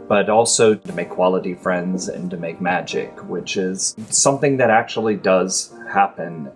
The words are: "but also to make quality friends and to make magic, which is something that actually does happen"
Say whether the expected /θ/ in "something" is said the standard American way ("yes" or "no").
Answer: yes